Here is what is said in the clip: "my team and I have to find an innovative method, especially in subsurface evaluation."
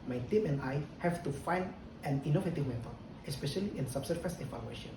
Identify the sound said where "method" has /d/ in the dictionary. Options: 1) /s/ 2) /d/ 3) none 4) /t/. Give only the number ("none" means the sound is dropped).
3